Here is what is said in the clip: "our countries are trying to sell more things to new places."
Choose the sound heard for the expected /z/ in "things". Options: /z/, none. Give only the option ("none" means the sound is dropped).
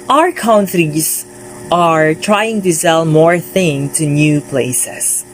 none